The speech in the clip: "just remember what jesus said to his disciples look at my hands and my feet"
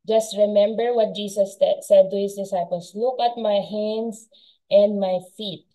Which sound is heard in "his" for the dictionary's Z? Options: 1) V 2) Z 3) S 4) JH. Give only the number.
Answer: 3